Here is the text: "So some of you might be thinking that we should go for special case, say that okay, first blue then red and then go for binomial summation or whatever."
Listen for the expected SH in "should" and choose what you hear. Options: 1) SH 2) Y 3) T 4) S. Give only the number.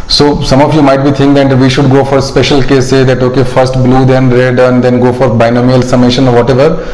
1